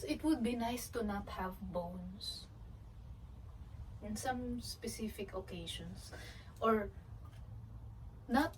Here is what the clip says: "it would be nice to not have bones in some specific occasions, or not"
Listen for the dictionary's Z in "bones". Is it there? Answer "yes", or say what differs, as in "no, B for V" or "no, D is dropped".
no, S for Z